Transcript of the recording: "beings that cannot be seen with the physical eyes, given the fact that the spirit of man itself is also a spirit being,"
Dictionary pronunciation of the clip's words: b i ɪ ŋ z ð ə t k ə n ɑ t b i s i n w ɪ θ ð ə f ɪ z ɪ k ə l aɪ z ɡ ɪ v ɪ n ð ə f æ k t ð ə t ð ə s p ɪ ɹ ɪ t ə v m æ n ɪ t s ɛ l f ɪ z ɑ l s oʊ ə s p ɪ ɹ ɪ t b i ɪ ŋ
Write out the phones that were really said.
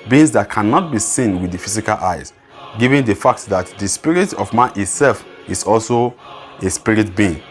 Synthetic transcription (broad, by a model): b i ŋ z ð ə t k ə n ɑ t b i s i n w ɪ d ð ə f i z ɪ k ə l aɪ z ɡ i v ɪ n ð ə f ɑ k t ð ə t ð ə s p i ɹ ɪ t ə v m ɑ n ɪ t s ɛ l f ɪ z ɑ l s oʊ ə s p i ɹ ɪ t b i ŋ